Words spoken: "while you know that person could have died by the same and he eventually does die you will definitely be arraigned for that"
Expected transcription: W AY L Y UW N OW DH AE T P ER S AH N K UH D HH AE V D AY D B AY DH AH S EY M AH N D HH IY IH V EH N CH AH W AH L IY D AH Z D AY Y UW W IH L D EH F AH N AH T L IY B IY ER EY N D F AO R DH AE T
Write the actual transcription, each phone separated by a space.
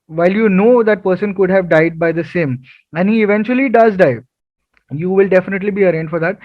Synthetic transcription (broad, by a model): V AY L Y UW N OW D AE T P ER S AH N K UH D HH AE V D AY D B AY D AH S EY M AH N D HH IY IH V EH N CH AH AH L IY D AH Z D AY Y UW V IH L D EH F AH N AH T L IY B IY ER EY N D F AO R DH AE T